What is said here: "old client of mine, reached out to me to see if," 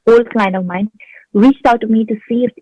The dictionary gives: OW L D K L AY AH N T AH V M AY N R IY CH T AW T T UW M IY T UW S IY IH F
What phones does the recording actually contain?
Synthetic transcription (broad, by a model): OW L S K L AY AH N AH V M AY N R IY CH T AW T T UW M IY T UW S IY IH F